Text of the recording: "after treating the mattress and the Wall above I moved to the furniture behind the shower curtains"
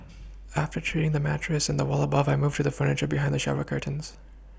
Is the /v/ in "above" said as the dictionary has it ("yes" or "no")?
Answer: yes